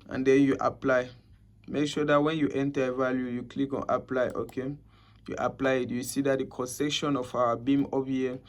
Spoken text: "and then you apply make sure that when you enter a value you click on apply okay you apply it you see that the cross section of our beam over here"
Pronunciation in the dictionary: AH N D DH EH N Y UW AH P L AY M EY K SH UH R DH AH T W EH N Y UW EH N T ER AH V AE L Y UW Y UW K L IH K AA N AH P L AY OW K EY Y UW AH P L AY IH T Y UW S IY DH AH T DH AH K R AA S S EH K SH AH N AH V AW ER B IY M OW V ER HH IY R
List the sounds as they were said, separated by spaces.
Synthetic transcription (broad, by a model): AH N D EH N Y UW AH P L AY M EY K SH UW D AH T W EH N Y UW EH N T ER AH V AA L Y UW Y UW K L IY K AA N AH P L AY OW K EY Y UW AH P L AY IH T Y UW S IY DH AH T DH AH K AA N S EH K SH AH N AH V AW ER B IY M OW P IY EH